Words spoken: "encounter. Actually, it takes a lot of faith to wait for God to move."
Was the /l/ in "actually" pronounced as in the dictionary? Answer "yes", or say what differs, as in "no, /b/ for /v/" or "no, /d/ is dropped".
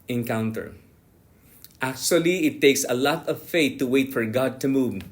yes